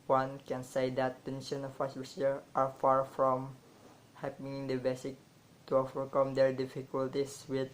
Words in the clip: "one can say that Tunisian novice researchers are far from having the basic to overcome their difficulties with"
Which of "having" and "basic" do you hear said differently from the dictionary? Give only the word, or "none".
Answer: having